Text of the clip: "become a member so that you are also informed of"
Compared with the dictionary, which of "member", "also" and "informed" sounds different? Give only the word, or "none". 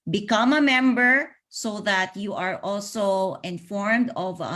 none